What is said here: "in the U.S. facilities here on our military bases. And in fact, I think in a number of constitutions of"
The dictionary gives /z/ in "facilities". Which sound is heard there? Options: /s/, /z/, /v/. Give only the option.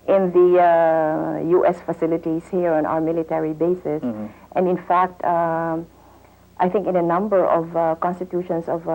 /s/